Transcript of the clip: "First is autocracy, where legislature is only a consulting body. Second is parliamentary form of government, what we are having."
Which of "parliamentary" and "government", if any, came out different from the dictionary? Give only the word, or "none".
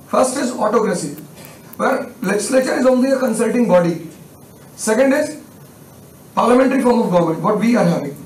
government